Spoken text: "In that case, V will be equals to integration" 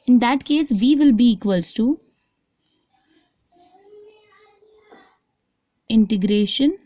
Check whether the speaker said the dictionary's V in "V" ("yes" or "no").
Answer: yes